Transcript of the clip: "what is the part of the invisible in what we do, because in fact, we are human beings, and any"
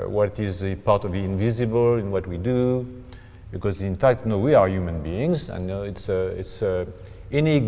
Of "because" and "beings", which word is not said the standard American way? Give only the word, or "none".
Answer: none